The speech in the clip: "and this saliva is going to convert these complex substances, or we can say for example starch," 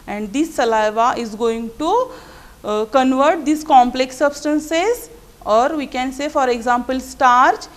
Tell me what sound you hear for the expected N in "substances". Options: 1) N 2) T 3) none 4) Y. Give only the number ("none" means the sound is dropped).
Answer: 1